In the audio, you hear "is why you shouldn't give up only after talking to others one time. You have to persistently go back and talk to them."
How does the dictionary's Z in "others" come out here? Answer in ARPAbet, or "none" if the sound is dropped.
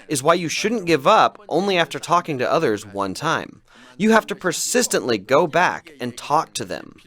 Z